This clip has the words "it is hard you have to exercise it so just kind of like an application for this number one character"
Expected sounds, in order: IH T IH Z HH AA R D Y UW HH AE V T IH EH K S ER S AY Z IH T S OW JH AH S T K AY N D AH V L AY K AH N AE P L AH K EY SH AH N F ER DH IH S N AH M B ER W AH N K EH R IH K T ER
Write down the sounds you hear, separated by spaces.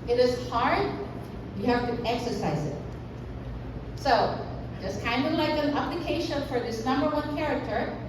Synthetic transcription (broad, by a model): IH T IH Z HH AA R D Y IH HH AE F T IH EH K S ER S AY Z IH T S OW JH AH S K AY N D AH V L AY K AH N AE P L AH K EY SH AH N F ER DH IH S N AH M B ER W AH N K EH R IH K T ER